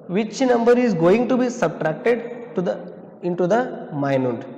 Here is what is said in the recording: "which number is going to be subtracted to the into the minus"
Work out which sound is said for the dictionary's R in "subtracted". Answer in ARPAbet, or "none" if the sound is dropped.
R